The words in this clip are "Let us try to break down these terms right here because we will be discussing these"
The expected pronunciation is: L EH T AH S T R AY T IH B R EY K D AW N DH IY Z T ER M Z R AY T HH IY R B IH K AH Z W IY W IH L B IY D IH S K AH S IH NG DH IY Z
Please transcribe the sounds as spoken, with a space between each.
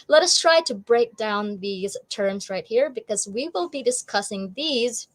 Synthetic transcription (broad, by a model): L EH T AH S T R AY T IH B R EY K D AW N DH IY Z T ER M Z R AY T HH IY R B IH K AH Z W IY W IH L B IY D IH S K AH S IH NG DH IY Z